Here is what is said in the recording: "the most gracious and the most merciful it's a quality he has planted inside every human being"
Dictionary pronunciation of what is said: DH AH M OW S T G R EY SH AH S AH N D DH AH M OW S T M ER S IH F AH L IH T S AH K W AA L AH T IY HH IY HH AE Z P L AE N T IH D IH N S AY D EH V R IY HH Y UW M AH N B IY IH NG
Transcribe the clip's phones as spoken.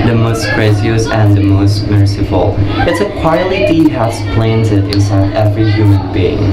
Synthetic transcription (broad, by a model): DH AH M OW S T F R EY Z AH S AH N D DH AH M OW S T M ER S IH F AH L IH T S AH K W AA AH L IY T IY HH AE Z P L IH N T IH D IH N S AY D EH V R IY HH Y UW M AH N B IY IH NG